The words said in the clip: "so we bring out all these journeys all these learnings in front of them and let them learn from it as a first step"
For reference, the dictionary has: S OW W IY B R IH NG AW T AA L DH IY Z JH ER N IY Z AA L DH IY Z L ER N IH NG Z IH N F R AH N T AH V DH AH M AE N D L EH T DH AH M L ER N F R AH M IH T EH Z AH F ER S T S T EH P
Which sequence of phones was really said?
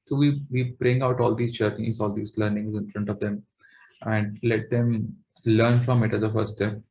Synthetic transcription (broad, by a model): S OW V IY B R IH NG AW T AA L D IY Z CH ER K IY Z AA L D IY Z L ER N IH NG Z IH N F R AH N T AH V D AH M AE N D L EH T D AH M L ER N F R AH M IH T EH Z AH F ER T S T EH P